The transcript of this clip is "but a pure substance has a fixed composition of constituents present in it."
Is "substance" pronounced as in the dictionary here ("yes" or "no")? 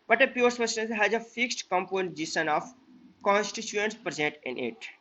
no